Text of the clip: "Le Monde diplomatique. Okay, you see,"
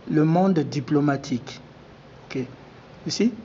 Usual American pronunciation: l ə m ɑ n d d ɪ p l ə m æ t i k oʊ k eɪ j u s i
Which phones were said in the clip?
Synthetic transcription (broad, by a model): l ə m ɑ d d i p l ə m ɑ t i k oʊ k eɪ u s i